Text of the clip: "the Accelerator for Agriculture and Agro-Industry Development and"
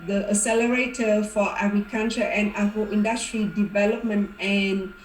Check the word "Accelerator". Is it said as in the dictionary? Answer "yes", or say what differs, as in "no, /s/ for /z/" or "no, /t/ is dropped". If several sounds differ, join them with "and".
no, /k/ is dropped